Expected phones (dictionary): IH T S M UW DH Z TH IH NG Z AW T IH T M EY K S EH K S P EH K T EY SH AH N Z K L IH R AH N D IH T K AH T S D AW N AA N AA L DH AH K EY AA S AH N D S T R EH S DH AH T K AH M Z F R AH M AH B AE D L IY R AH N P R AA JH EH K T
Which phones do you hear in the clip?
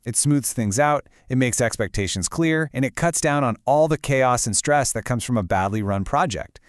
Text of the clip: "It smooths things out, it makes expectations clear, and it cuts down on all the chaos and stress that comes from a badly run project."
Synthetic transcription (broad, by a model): IH T S M UW DH Z TH IH NG Z AW T IH T M EY K S EH K S P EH K T EY SH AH N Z K L IH R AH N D IH T K AH T S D AW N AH N AA L DH AH K EY AA S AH N S T R EH S DH AH T K AH M Z F R AH M AH B AE D L IY R AH N P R AA JH EH K T